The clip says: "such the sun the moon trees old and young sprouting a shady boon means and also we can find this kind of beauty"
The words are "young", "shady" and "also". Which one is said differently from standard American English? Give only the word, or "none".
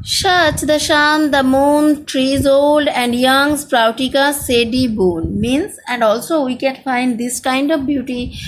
shady